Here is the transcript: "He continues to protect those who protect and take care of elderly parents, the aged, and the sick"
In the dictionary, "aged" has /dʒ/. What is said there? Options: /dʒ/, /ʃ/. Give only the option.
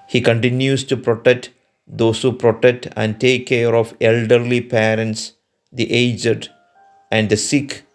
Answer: /dʒ/